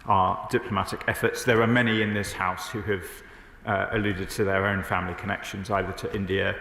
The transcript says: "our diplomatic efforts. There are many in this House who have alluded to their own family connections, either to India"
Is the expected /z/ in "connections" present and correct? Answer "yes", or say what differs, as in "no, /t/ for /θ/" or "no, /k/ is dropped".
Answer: yes